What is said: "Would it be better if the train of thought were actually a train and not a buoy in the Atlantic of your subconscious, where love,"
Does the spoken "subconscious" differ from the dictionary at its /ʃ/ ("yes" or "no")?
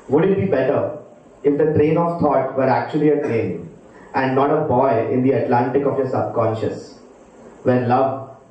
no